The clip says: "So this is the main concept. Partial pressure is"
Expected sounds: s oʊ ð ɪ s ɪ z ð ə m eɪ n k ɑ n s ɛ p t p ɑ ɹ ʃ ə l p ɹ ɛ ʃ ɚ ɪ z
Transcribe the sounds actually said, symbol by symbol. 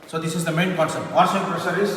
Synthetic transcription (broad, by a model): s oʊ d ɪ s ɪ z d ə m eɪ n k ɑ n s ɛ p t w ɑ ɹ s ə n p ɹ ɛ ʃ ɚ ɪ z